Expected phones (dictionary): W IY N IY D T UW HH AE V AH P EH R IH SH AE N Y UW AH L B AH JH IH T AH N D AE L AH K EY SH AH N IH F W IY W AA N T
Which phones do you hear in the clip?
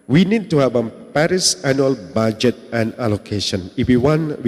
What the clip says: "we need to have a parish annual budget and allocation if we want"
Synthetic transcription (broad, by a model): W IY N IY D T UW HH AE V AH P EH R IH S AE N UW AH L B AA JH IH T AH N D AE L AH K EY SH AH N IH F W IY W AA N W